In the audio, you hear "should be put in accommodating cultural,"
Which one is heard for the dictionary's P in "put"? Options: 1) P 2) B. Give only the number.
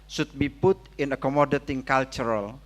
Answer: 1